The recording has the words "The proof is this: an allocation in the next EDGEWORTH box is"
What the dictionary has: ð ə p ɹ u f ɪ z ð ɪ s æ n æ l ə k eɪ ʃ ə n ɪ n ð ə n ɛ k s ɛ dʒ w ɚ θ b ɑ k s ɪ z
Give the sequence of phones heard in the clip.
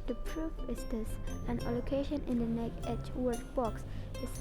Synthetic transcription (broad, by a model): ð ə p ɹ u f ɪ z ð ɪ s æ n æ l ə k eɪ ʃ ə n ɪ n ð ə n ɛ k ɛ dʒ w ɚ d b ɑ k s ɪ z